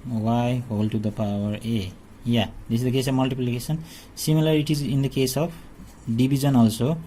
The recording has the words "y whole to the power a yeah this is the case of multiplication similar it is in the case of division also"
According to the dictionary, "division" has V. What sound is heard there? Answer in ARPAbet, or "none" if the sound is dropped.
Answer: B